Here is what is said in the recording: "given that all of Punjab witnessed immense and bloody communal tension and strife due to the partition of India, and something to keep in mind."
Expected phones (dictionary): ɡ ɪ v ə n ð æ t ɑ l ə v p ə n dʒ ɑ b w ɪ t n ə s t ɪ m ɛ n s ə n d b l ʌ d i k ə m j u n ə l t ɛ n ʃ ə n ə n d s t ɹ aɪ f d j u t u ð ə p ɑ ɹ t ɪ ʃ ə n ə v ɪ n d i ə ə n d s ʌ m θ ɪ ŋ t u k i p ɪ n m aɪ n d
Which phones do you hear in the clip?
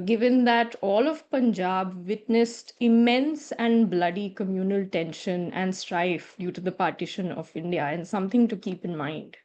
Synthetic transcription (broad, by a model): ɡ ɪ v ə n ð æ t ɑ l ə v p ə n dʒ ɑ b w ɪ t n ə s t ɪ m ɛ n s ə n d b l ʌ d i k ə m j u n ə l t ɛ n ʃ ə n ə n d s t ɹ aɪ f d j u t u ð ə p ɑ ɹ t ɪ ʃ ə n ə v ɪ n d i ə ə n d s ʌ m t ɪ ŋ t u k i p ɪ n m aɪ n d